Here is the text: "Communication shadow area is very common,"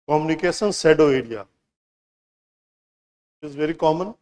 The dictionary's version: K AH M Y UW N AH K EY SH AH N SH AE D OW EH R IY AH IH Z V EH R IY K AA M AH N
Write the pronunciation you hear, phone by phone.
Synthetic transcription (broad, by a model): K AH M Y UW N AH K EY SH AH N S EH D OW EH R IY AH IH Z V EH R IY K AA M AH N